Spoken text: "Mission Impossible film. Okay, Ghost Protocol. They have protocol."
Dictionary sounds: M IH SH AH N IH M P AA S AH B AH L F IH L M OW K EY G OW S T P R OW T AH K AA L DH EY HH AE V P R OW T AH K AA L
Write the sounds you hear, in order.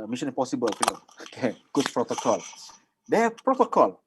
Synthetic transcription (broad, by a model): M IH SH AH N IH P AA S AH B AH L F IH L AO OW K EY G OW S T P R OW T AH K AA L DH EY P R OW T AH K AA L